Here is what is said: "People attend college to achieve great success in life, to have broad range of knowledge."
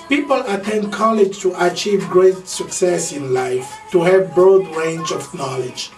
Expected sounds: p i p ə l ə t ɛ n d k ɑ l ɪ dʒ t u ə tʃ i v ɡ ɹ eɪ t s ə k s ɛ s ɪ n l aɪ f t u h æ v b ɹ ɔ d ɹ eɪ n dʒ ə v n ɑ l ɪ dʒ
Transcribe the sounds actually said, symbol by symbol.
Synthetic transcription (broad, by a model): p i p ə l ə t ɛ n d k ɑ l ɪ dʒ t u ə tʃ i v ɡ ɹ eɪ t s ə k s ɛ s ɪ n l aɪ f t u h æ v b ɹ ɔ d ɹ eɪ n dʒ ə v n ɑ l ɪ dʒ